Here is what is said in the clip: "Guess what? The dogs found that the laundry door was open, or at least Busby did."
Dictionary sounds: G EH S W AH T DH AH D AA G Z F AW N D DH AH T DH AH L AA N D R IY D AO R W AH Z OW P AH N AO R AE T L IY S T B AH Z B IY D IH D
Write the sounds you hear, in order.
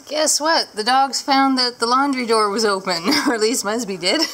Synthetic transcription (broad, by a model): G EH S W AH T DH AH D AA G Z F AW N DH AH T DH AH L AA N D R IY D AO R W AH Z OW P AH N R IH T L IY S T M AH S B IY D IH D